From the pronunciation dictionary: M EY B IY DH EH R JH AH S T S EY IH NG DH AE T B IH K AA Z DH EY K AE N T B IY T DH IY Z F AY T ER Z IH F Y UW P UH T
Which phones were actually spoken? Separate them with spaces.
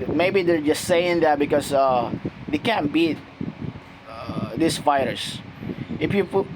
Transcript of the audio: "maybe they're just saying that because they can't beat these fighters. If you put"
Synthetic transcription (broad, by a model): M EY B IY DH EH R JH AH S T S EY IH NG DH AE T B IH K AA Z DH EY K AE N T B IY T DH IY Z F AY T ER S IH F Y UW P